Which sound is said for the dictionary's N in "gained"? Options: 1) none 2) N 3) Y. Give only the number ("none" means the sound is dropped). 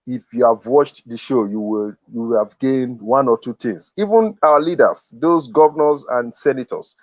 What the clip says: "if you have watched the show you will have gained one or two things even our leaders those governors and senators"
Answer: 2